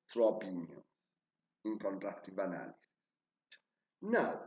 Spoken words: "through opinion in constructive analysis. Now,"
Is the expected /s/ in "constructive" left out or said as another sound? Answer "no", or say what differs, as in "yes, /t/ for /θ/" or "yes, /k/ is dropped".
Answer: yes, /s/ is dropped